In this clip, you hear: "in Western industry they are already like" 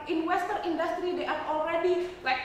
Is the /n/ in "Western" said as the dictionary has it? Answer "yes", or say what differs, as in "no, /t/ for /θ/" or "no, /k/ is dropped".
no, /n/ is dropped